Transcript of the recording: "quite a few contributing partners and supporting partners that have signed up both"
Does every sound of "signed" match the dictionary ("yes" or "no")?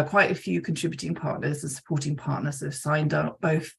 yes